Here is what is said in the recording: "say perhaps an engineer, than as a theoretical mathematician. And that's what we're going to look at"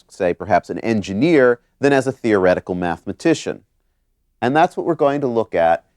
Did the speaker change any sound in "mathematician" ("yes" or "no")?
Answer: no